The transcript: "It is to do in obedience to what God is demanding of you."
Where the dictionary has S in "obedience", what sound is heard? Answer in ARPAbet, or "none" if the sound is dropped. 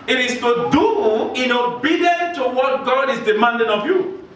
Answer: none